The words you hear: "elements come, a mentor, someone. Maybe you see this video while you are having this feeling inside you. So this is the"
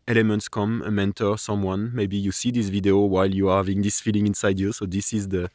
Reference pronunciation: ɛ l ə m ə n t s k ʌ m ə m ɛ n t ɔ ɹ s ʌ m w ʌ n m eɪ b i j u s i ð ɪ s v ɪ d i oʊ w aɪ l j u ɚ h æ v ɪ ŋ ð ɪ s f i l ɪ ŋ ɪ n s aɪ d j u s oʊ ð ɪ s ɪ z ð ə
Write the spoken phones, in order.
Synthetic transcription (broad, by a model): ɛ l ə m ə n t s k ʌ m ə m ɛ n t ɔ ɹ s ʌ m w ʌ n m eɪ b i j u s i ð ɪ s v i d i oʊ w aɪ l j u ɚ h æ v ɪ ŋ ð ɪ s f i l ɪ ŋ ɪ n s aɪ d j u s oʊ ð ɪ s ɪ z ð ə